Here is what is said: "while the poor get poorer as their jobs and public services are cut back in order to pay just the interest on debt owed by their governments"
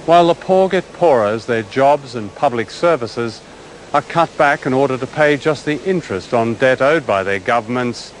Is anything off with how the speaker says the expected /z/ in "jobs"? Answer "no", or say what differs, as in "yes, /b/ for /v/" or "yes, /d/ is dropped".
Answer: no